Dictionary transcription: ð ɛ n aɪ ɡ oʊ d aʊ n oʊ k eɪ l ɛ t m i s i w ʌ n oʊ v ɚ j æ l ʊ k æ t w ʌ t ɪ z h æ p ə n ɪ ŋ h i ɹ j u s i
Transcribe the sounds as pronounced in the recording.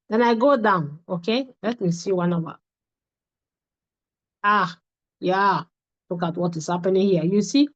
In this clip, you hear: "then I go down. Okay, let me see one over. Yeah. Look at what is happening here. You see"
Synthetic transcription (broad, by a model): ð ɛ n aɪ ɡ oʊ d aʊ n oʊ k eɪ l ɛ t m i s i w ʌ n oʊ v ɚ j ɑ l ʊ k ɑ t w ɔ t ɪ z h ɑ p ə n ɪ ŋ h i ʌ j u s i